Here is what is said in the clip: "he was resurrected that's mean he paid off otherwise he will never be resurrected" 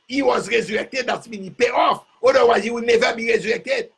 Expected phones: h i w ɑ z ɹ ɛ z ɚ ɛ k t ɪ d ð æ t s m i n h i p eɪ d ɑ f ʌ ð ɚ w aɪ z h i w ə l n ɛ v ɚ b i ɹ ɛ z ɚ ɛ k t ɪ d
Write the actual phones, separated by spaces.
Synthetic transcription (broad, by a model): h i w ɑ z ɹ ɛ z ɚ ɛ k t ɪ d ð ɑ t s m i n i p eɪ ɑ f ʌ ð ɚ w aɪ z h i w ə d n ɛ v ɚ b i ɹ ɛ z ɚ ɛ k t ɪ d